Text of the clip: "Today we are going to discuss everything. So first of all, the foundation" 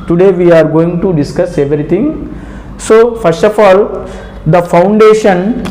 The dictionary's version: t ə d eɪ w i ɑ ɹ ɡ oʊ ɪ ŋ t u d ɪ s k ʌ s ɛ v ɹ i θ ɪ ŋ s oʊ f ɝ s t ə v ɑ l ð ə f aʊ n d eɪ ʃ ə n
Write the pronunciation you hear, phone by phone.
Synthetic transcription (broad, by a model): t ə d eɪ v i ɑ ɹ ɡ oʊ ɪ ŋ t u d ɪ s k ʌ s ɛ v ɹ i t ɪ ŋ s oʊ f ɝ s t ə f ɑ l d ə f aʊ n d eɪ ʃ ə n